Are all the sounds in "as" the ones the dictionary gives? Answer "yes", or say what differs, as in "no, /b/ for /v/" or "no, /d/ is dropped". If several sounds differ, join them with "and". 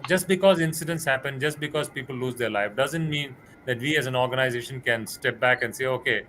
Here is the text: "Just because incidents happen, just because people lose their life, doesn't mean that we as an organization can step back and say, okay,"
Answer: yes